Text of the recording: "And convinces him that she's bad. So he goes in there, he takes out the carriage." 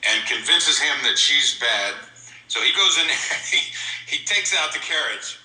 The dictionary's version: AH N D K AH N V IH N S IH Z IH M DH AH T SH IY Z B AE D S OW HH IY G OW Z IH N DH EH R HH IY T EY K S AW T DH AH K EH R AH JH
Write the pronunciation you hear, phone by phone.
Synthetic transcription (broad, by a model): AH N K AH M V IH N S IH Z IH M DH AH T SH IY Z B AE D S OW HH IY G OW Z IH N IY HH IY T EY K S AW T DH AH K EH R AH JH